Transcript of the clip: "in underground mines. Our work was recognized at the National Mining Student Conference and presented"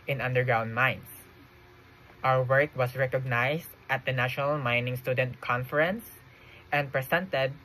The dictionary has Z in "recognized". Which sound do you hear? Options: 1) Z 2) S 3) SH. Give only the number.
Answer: 2